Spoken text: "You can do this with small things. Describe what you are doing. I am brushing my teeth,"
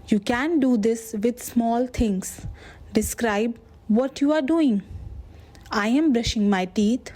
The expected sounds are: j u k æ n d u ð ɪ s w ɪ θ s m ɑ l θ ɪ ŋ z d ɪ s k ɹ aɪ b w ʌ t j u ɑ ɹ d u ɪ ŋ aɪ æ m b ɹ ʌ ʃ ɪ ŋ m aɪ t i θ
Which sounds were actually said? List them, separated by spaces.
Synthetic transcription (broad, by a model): j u k æ n d u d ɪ s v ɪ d s m ɑ l t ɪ ŋ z d ɪ s k ɹ aɪ b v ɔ t j u ɑ ɹ d u ɪ ŋ aɪ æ m b ɹ ʌ ʃ ɪ ŋ m aɪ t i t